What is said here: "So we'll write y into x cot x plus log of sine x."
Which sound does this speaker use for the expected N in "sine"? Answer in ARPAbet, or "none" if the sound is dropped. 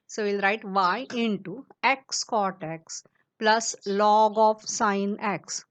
N